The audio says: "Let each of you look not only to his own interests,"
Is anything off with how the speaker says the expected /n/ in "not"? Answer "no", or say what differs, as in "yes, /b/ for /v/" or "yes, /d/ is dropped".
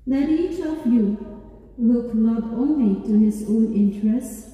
yes, /l/ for /n/